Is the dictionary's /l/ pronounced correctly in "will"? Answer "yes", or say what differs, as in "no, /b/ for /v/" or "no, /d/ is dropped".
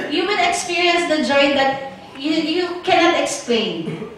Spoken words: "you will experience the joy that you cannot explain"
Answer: no, /n/ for /l/